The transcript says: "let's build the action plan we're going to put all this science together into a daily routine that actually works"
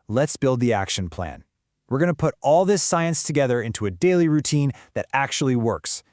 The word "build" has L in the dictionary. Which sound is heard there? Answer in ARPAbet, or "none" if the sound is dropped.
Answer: L